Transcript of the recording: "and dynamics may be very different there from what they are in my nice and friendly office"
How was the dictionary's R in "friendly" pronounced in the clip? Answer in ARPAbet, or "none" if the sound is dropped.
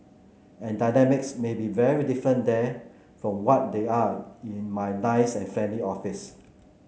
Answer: none